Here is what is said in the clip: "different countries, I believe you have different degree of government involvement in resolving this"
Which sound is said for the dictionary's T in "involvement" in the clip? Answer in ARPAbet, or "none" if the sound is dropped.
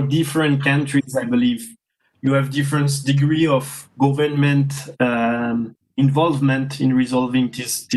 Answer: T